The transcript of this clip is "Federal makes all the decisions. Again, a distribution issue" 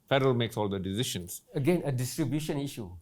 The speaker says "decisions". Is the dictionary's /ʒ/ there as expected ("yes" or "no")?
no